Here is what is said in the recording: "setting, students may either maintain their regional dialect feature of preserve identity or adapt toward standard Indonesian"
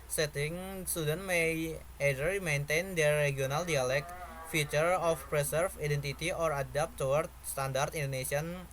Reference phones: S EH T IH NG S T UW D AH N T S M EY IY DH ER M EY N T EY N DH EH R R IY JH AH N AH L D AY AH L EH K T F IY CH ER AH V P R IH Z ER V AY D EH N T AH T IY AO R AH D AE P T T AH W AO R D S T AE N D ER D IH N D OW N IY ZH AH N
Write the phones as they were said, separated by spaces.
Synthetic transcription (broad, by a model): S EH T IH NG S T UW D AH N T M EY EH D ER M EY N T EY N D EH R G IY AH N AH L D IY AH L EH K F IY CH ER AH F P R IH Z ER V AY D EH N T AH T IY AO R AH D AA P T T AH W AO R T S T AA N D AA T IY N D OW N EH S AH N